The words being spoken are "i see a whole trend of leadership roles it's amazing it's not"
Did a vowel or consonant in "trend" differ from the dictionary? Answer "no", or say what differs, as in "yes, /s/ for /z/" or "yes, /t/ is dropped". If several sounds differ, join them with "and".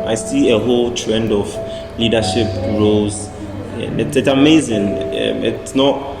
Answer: no